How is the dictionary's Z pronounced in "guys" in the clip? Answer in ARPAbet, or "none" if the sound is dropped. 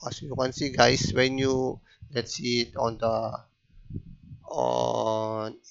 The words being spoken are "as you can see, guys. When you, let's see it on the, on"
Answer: S